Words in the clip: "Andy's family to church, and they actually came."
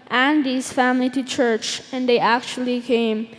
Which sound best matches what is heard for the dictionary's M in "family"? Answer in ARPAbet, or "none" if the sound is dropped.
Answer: M